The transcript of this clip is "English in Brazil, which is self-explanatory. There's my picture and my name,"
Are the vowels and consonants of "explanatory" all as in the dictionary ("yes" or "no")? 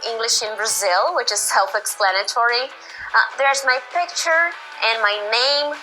yes